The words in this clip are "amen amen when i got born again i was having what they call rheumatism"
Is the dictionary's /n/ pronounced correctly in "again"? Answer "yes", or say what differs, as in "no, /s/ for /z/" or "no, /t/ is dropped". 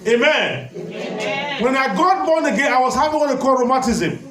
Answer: no, /n/ is dropped